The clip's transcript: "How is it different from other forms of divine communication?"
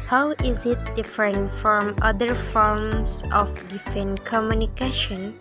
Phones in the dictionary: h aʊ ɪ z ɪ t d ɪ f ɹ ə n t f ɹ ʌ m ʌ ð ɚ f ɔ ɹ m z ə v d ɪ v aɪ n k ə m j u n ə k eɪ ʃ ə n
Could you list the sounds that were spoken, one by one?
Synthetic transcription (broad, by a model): h aʊ ɪ z ɪ t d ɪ f ɹ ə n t f ɹ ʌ m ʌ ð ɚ f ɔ ɹ m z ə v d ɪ f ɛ n k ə m j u n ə k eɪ ʃ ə n